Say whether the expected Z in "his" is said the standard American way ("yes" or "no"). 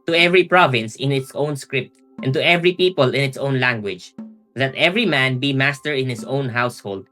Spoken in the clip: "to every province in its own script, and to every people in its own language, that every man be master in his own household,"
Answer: no